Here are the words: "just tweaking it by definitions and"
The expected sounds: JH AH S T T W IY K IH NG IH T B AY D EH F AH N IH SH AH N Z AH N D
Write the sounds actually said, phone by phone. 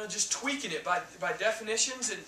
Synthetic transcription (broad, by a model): JH AH S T T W IY K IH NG IH T B AY D EH F AH N IH SH AH N Z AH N